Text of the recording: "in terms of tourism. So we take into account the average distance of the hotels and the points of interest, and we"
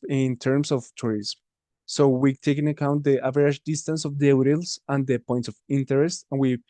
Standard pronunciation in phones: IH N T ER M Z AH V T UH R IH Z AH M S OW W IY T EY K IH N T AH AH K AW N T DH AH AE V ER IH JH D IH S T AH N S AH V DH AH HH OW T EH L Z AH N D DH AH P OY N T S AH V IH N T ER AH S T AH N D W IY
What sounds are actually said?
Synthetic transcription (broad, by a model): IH N T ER M S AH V T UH R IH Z M S OW W IY T EY K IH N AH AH K AW N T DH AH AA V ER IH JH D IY S T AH N S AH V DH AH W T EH L S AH N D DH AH P OY N T S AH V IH N T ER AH S T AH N W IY